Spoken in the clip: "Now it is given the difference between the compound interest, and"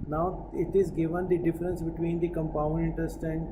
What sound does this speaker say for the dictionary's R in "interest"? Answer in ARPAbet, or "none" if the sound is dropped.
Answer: none